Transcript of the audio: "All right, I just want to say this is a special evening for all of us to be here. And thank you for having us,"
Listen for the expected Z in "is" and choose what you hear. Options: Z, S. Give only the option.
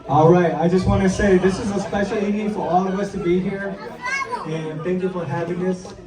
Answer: Z